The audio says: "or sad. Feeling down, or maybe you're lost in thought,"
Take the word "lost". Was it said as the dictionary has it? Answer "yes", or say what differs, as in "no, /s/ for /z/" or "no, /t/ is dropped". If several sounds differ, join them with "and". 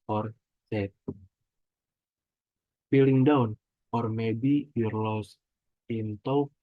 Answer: no, /t/ is dropped